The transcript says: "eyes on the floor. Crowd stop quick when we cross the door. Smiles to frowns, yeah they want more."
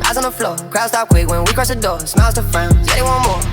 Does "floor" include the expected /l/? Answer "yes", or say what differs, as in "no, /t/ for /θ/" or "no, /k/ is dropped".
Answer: yes